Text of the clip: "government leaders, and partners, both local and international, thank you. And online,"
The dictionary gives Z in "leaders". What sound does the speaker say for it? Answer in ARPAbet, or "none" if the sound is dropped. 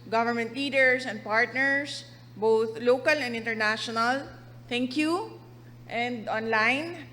S